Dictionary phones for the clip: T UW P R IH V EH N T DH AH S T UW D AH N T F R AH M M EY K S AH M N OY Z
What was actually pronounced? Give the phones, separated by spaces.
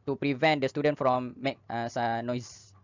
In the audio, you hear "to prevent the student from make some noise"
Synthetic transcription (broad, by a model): T UW P R IH V EH N T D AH S T UW D AH N T F R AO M M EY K S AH N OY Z